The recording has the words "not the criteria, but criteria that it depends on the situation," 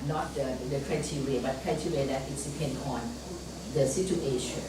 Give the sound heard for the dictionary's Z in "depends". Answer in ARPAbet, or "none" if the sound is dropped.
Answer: none